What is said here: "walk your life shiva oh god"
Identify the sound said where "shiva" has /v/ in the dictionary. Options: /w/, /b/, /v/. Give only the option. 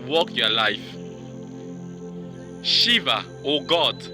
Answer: /v/